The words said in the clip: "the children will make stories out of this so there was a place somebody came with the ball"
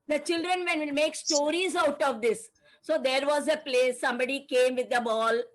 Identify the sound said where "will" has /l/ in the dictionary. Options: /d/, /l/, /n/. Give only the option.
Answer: /n/